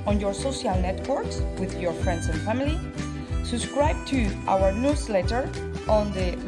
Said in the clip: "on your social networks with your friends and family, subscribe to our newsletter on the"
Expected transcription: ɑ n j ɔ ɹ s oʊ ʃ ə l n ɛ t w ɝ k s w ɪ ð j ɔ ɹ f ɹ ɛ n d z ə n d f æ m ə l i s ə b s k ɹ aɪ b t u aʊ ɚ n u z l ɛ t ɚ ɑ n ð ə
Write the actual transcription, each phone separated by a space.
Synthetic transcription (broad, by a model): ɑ n j ɔ ɹ s oʊ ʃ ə l n ɛ t w ɝ k s w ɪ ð j ɔ ɹ f ɹ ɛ n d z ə n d f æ m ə l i s ə b s k ɹ aɪ b t u aʊ ɚ n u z l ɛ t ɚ ɑ n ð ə